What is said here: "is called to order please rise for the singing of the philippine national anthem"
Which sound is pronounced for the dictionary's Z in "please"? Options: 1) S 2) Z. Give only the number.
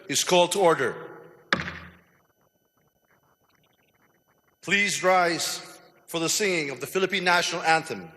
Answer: 2